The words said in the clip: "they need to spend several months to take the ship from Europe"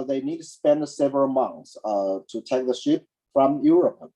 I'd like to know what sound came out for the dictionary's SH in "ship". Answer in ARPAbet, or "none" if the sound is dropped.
SH